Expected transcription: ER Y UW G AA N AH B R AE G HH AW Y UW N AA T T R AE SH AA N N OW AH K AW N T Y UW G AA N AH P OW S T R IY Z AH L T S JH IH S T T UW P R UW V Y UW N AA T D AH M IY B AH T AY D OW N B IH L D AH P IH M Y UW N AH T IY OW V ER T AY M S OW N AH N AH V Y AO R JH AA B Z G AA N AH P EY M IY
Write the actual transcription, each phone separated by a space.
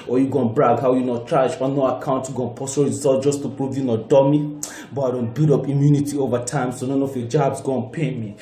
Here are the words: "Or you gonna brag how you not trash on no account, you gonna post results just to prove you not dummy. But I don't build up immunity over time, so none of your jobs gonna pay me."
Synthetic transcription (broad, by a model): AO Y UW G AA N B R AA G HH AW Y UW N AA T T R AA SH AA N N OW AH K AW N T Y UW G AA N P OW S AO R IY Z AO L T JH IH S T T UW P R UW V Y UW N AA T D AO M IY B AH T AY D OW N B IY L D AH P IH M Y UW N AH T IY OW V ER T AY M S OW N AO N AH F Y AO JH AA B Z G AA N P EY M IY